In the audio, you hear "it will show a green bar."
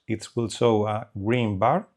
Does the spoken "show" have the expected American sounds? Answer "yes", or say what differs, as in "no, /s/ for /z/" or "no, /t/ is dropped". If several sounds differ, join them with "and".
no, /s/ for /ʃ/